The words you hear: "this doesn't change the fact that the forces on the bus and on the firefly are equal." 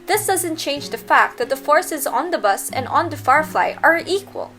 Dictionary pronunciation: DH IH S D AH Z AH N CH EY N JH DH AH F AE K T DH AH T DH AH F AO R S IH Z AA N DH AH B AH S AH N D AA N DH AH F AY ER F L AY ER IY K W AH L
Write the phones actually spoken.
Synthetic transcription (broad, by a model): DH IH S D AH Z AH N CH EY N JH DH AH F AE K T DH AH T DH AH F AO R S IH Z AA N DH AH B AH S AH N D AA N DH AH F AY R F L AY ER IY K W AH L